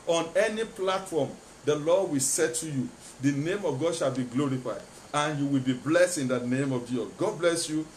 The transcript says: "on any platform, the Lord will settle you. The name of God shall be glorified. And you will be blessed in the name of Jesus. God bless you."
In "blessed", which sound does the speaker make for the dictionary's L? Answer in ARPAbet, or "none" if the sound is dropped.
L